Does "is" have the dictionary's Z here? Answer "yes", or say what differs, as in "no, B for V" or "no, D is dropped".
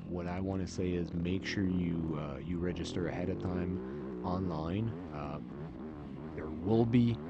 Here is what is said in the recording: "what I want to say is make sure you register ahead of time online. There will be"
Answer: yes